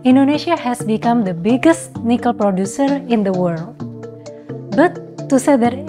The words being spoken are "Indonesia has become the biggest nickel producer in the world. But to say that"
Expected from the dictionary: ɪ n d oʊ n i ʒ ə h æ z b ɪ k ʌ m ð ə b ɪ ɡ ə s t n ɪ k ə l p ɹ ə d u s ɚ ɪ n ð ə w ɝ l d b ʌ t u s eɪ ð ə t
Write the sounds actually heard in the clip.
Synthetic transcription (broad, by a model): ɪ n d oʊ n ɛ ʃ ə h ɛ s b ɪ k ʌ m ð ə b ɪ ɡ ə s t n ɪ k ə l p ɹ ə d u s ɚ ɪ n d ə w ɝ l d b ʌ t u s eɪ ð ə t